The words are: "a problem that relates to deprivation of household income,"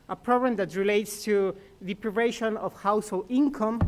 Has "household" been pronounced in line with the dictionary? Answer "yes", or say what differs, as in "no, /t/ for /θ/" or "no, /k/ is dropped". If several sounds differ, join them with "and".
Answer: no, /d/ is dropped